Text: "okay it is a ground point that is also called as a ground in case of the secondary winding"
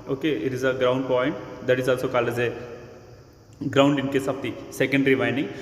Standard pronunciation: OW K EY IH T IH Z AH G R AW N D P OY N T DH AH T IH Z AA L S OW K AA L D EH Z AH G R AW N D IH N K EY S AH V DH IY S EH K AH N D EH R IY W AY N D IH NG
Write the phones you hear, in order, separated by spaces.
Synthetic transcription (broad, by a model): OW K EY IH T IH Z AH G R AW N D P OY N T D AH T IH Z AA L S OW K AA L EH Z AH G R AW N D IH N K EY S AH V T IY S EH K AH N D R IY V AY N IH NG